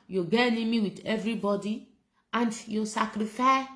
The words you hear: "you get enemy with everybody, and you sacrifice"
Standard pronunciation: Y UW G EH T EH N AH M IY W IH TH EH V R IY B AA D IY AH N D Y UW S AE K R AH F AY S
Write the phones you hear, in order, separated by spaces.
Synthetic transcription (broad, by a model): Y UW G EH EH N AH M IY W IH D EH V R IY B AA D IY AH N D Y UW S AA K R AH F AY